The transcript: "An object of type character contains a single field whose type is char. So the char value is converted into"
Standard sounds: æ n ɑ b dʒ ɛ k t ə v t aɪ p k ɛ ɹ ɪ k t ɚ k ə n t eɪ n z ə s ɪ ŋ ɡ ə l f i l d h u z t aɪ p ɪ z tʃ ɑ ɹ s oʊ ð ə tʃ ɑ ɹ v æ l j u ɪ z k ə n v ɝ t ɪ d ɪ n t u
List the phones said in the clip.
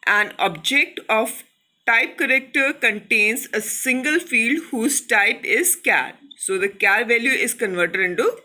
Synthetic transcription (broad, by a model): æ n ɑ b dʒ ɛ k t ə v t aɪ p k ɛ ɹ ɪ k t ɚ k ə n t eɪ n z ə s ɪ ŋ ɡ ə l f i l d h u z t aɪ p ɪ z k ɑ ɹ s oʊ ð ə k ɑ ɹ v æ l j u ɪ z k ə n v ɝ t ɪ d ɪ n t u